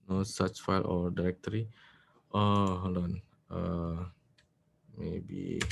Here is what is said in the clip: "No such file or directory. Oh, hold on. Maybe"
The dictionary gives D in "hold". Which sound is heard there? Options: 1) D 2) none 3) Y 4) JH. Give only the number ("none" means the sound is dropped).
2